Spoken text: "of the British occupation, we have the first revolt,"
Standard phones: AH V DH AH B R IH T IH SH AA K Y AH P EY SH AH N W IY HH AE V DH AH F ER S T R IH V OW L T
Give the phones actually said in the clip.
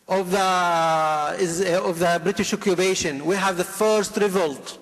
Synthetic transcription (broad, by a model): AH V DH AH B R IH T IH SH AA K Y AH B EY SH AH N W IY HH AE V DH AH F ER S T R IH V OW L T